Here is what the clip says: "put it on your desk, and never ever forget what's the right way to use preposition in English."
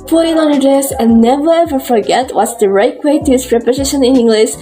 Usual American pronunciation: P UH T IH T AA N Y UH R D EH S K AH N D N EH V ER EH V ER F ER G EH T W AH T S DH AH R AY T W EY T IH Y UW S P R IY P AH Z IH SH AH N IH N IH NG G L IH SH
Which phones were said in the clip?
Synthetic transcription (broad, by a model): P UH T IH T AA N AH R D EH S AH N N EH V ER EH V ER F ER G EH T W AH T S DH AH R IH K W EY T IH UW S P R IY P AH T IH SH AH N IH N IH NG G L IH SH